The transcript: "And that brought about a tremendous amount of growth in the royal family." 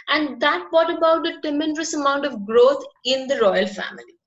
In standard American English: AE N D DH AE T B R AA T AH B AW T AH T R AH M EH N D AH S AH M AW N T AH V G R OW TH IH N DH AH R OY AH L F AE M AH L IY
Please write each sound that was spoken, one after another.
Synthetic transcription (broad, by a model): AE N D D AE T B AA T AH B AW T AH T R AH M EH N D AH S AH M AW N T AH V G R OW T IH N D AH R OY AH L F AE M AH L IY